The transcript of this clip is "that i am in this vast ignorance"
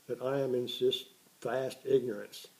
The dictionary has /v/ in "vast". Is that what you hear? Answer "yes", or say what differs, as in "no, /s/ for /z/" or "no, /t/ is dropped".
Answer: no, /f/ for /v/